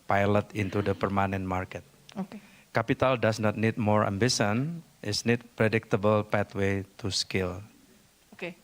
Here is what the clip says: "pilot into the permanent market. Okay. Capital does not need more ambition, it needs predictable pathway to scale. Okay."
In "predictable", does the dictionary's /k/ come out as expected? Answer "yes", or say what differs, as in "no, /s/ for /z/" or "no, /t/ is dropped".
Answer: yes